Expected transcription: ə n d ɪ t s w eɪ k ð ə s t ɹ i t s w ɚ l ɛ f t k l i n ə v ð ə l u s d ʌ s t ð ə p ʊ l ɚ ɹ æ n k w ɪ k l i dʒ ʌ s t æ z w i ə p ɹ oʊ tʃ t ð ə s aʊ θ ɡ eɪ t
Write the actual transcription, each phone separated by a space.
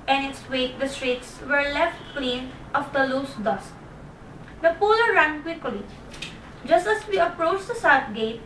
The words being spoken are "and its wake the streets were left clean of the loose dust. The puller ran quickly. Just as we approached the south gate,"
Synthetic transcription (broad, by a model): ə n ɪ t s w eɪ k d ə s t ɹ i t s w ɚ l ɛ f t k l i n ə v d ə l u s d ʌ s t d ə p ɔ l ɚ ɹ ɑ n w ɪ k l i dʒ ʌ s t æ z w i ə p ɹ oʊ tʃ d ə s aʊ t ɡ eɪ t